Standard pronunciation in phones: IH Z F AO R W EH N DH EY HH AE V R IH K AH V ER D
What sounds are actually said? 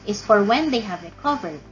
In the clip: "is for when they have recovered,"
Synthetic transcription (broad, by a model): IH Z F AO R W EH N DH EY HH AE V R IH K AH V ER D